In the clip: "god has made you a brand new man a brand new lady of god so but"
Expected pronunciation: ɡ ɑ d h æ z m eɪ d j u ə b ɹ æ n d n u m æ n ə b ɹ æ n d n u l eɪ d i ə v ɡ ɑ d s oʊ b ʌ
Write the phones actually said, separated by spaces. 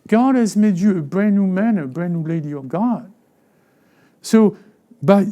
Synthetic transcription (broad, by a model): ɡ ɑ d h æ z m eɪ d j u ə b ɹ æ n n u m æ n ə b ɹ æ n n u l eɪ d i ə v ɡ ɑ d s oʊ b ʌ